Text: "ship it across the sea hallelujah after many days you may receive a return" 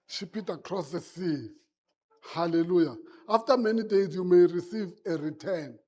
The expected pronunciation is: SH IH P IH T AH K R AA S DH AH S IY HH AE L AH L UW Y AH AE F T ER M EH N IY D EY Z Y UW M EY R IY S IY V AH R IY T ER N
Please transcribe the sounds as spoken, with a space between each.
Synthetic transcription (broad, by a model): SH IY P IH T AH K R AA S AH S IY HH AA L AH L UW Y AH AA F T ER M EH N IY D EY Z Y UW M EY R IY S IY V AH R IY T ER N